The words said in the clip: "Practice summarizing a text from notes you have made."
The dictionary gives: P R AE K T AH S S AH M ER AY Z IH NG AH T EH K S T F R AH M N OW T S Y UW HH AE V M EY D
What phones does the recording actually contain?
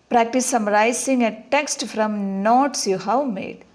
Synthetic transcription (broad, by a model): P R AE K T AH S S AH M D AY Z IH NG AH T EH K S T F R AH M N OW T S Y UW HH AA W M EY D